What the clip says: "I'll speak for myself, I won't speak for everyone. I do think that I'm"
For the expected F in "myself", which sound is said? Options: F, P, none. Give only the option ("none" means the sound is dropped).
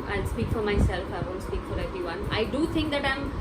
F